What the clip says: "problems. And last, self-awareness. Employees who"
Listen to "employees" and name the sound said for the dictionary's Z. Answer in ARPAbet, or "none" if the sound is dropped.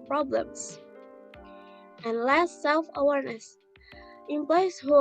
S